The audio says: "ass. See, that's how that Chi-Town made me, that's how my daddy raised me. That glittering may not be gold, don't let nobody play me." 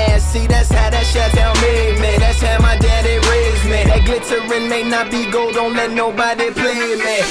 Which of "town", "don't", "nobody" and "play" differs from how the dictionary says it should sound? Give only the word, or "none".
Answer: town